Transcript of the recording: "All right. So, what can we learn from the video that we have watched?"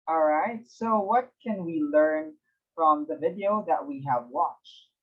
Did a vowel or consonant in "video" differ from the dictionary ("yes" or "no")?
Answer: no